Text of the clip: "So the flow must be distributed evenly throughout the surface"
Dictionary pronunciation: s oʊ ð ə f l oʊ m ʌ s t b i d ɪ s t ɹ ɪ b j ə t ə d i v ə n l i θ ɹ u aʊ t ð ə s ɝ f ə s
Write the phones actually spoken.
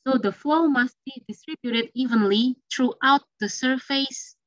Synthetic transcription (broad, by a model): s oʊ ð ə f l oʊ m ʌ s t b i d ɪ s t ɹ ɪ b j ə t ə d i v ə n l i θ ɹ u aʊ t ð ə s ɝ f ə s